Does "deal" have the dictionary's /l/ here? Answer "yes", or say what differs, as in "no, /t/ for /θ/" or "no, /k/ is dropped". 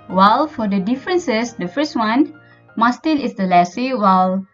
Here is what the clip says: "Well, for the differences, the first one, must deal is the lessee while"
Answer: no, /n/ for /l/